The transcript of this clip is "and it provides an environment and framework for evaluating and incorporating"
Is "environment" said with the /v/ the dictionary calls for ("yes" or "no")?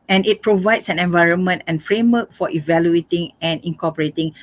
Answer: yes